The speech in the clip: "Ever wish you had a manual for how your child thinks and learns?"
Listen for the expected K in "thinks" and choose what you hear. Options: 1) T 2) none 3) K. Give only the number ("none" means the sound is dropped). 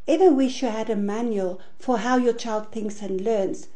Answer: 3